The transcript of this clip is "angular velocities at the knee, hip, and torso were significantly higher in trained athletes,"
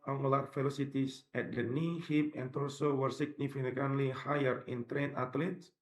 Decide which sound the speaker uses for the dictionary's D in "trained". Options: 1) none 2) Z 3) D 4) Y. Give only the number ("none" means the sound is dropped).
1